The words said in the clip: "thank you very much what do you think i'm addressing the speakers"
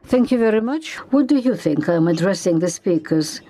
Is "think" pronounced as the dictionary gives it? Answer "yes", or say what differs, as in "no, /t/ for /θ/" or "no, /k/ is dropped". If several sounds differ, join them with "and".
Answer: yes